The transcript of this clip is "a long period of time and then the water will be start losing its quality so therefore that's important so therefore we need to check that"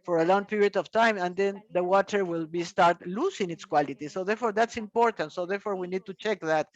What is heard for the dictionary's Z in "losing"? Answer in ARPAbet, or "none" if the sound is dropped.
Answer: S